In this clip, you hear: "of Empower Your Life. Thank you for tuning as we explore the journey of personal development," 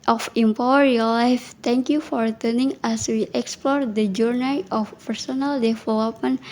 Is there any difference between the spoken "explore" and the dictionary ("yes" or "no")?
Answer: no